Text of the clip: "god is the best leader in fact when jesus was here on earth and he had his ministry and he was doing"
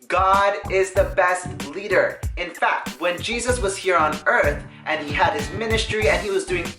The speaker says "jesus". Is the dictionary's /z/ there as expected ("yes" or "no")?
yes